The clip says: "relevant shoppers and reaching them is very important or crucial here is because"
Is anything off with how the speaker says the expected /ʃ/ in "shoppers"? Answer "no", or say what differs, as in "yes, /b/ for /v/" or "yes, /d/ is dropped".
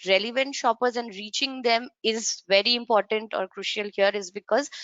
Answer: no